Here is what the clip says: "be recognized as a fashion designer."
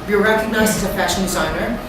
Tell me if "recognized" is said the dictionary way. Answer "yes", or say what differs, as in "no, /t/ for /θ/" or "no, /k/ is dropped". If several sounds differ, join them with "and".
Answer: no, /d/ is dropped